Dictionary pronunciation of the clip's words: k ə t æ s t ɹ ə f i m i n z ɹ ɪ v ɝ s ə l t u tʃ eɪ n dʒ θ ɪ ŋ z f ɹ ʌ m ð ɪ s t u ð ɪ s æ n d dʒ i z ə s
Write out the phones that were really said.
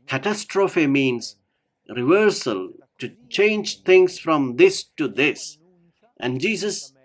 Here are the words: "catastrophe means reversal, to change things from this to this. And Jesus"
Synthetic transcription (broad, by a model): k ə t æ s t ɹ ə f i m i n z ɹ ɪ v ɝ s ə l t u tʃ eɪ n dʒ t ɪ ŋ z f ɹ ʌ m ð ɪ s t u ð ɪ s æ n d dʒ i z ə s